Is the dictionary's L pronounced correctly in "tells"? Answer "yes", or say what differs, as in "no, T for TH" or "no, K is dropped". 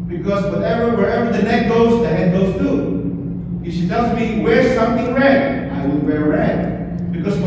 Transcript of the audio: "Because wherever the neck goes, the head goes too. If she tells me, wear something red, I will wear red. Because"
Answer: no, L is dropped